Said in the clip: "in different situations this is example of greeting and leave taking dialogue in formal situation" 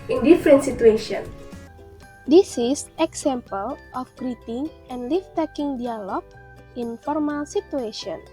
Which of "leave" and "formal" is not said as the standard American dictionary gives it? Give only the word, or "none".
leave